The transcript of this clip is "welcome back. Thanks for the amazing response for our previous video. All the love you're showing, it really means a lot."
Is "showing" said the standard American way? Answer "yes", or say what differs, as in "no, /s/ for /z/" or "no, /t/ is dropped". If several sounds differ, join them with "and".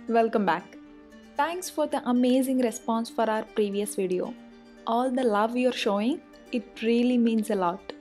yes